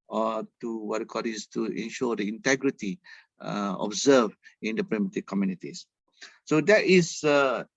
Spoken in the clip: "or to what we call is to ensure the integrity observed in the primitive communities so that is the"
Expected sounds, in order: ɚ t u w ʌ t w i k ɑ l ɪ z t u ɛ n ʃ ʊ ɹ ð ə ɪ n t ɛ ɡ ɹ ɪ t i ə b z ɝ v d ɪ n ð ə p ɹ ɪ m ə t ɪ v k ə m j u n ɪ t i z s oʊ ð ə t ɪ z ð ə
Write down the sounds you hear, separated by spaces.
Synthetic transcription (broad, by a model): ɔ t u w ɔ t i k ɑ l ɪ s t u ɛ n ʃ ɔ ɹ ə ɪ n t ɛ ɡ ɹ ɪ t i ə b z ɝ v ɪ n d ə p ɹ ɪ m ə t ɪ k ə m j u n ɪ t i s s oʊ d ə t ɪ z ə